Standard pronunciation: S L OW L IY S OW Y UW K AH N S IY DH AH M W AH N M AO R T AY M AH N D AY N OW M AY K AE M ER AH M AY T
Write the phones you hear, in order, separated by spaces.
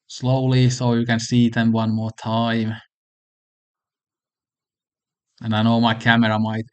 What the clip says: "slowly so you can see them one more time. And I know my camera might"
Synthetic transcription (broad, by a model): S L OW L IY S OW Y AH K AH N S IY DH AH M W AH N M AO T AY M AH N AY N OW M AY K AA M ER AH M AY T